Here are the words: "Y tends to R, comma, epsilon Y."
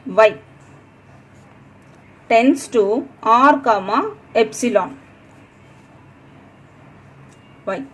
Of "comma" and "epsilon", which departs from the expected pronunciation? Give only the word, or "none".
none